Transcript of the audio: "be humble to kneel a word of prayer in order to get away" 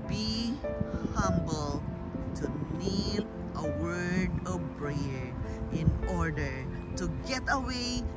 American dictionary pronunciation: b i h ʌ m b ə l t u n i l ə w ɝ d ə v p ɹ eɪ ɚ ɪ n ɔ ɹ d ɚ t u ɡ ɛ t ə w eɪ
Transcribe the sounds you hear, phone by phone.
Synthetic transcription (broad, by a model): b i h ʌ m b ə l t u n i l ə w ɝ d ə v b ɹ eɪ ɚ ɪ n ɔ ɹ d ɚ t u ɡ ɛ t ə w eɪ